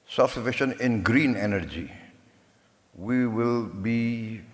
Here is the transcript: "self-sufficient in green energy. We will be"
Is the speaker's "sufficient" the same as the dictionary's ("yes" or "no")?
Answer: no